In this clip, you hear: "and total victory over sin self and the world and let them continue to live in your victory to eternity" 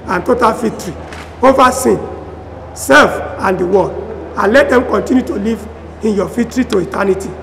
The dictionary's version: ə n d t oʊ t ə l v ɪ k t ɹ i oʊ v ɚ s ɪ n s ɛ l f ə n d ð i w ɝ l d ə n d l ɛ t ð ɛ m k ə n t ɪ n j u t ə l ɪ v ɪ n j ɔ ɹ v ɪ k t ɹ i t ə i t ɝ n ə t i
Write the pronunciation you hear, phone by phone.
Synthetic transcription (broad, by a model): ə n t oʊ t ə l f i t ɹ i oʊ v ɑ s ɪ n s ɛ l f ə n d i w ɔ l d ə n l ɛ t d ɛ m k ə n t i n j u t ə l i v ɪ n j ɔ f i t ɹ i t ə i t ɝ n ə t i